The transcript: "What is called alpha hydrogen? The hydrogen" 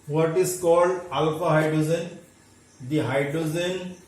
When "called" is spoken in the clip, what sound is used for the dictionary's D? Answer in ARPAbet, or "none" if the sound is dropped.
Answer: D